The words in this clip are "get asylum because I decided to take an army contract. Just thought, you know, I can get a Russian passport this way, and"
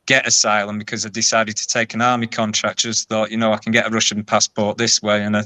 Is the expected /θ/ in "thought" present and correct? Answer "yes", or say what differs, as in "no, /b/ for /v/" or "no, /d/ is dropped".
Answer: yes